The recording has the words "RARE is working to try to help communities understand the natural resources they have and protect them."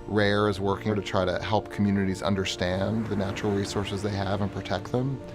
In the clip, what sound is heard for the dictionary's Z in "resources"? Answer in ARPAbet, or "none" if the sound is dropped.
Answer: Z